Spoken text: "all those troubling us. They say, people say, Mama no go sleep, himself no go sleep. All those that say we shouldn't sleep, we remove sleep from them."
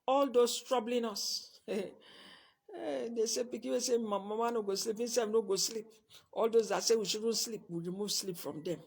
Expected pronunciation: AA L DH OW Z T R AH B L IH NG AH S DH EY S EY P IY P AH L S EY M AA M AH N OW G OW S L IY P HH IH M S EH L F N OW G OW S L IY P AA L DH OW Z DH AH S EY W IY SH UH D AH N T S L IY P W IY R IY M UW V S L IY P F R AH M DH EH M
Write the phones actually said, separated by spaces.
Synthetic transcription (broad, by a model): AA L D OW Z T R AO B L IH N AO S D EY S EY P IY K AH W S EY M AA M AH N OW G OW S L IY P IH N S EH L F N OW G OW S L IY P AA L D OW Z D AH S EY W IY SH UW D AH N S L IY P W IY R IY M UW V S L IY P F R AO M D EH M